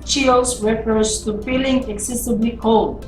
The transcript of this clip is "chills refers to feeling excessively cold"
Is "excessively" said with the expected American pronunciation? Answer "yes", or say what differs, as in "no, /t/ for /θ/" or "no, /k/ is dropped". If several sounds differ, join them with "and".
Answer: no, /b/ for /v/